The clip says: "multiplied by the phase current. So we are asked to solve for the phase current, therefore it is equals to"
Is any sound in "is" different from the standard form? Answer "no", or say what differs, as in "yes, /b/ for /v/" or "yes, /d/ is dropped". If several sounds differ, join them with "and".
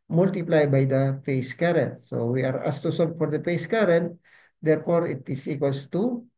yes, /s/ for /z/